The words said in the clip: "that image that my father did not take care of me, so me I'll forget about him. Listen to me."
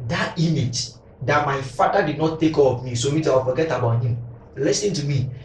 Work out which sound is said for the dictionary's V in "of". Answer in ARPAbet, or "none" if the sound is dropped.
P